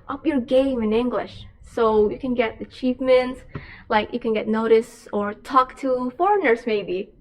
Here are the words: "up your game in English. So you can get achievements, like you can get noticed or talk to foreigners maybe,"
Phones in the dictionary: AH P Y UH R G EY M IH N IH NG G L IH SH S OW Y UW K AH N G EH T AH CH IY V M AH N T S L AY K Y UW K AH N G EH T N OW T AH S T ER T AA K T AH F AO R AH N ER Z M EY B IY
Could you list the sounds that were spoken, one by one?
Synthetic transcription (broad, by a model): AH P Y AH R G EY M IH N IH NG G L IH SH S OW Y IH K AH N G EH T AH CH IY F M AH N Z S L AY K Y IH K AH N G EH T N OW T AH S ER T AA K T AH F AO R AH N ER Z M EY B IY